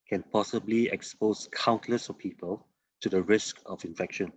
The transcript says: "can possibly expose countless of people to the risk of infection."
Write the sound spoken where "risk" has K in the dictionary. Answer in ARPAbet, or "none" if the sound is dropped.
K